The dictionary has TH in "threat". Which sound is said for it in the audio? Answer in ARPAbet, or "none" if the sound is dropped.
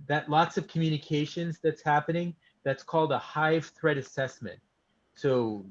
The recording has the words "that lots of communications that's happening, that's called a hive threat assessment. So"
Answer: TH